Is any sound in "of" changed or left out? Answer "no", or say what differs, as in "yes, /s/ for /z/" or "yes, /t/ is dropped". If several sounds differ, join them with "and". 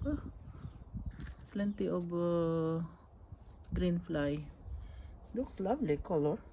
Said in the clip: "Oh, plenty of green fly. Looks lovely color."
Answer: yes, /b/ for /v/